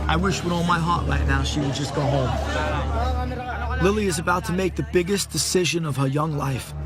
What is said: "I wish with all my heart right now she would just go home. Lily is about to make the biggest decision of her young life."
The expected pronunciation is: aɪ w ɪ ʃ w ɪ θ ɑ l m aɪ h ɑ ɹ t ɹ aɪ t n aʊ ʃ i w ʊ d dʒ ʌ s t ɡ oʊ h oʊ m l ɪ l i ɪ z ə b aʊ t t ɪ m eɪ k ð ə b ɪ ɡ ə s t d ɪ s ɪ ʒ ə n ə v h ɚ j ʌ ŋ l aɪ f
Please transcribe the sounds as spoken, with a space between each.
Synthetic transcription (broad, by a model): aɪ w ɪ ʃ w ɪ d ɑ l m aɪ h ɑ ɹ t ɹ aɪ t n aʊ ʃ i w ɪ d dʒ ʌ s ɡ oʊ h oʊ m l ɪ l i ɪ z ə b aʊ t t ɪ m eɪ k ð ə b ɪ ɡ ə s d ɪ s ɪ ʒ ə n ə v ɚ j ʌ ŋ l aɪ f